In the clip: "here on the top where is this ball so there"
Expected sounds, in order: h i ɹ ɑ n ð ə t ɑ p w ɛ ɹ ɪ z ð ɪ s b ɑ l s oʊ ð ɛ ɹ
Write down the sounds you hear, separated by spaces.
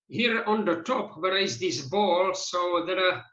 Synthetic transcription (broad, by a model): h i ɹ ɑ n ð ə t ɑ p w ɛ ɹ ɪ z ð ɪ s b ɑ l s oʊ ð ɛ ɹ